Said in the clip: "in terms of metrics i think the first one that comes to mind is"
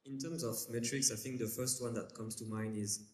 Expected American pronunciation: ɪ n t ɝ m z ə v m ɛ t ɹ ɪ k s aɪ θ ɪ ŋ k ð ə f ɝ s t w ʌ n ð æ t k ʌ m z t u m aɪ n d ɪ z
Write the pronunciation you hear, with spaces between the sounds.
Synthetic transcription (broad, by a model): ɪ n t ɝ m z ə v m ɛ t ɹ ɪ k s aɪ θ ɪ ŋ k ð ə f ɝ s t w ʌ n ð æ t k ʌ m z t u m aɪ n ɪ z